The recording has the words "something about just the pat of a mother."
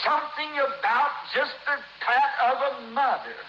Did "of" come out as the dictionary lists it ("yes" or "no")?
yes